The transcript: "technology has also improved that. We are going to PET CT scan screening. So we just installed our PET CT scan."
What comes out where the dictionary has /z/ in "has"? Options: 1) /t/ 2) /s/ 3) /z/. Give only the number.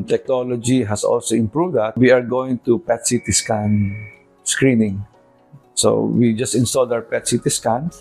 2